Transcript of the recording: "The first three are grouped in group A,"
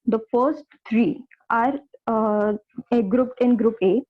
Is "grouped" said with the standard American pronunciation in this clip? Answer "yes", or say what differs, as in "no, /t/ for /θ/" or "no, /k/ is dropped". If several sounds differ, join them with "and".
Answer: yes